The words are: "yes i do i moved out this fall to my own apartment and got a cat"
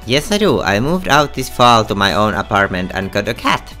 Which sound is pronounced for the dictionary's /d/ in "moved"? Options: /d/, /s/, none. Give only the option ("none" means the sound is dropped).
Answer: /d/